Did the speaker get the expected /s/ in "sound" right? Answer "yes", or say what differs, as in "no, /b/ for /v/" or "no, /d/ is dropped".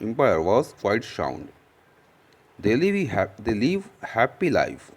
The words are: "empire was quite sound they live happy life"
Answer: no, /ʃ/ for /s/